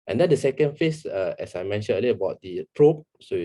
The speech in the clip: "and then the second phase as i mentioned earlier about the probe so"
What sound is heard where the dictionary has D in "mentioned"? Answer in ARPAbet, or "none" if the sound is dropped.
none